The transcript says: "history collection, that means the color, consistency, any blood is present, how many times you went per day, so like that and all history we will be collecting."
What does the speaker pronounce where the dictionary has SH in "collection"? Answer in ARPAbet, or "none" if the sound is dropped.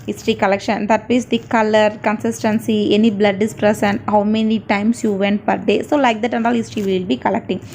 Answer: SH